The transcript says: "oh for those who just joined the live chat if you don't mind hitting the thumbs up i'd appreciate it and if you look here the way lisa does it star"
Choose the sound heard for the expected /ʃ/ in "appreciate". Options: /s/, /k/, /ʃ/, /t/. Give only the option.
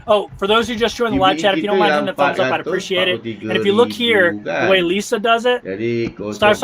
/ʃ/